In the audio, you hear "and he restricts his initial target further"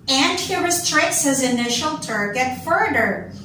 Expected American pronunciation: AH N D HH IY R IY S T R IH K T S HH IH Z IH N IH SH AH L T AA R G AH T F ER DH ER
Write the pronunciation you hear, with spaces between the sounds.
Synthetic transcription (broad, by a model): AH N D HH IY R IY S T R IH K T S HH IH Z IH N IH SH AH L T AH R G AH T F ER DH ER